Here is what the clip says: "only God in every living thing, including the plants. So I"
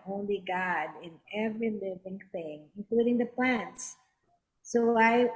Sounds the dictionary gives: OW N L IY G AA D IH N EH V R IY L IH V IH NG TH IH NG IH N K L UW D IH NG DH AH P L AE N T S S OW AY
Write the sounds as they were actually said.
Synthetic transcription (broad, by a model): OW N L IY G AA D IH N EH V R IY L IH V IH NG TH IH NG IH N K L UW D IH NG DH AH P L AE N T S S OW AY